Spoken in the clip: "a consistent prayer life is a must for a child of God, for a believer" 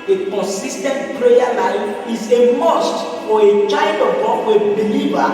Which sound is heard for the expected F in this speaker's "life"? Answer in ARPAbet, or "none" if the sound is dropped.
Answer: none